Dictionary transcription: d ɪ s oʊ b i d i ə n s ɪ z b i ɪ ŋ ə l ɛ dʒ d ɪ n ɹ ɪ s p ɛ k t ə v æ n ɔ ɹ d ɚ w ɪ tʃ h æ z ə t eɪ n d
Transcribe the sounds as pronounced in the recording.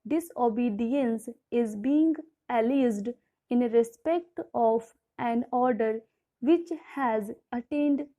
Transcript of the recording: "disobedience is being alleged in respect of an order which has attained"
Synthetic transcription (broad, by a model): d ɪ s oʊ b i d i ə n s ɪ z b i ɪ ŋ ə l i z d ɪ n ɹ ɪ s p ɛ k t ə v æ n ɔ ɹ d ɚ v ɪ tʃ h æ z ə t eɪ n d